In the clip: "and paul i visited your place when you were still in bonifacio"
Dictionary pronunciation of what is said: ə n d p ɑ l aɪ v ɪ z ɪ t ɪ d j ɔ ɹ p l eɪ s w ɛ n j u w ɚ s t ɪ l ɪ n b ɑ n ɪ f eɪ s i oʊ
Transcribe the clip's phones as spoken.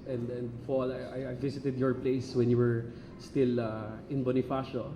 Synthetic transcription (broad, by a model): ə n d f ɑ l aɪ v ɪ s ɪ t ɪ d j ɔ ɹ p l eɪ s w ɛ n j u w ɚ s t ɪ l ɪ n b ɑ n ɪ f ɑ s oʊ